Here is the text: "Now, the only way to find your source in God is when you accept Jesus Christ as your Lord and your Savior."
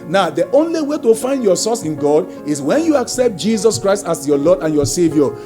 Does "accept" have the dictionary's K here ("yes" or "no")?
yes